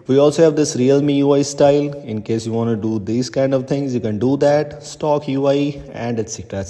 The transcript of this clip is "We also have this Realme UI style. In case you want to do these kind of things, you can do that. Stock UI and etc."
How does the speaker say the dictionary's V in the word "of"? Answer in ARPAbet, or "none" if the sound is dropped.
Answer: V